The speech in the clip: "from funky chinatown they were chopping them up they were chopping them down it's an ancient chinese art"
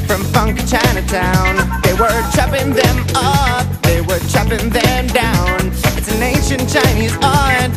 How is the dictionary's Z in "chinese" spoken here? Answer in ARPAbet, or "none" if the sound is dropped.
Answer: Z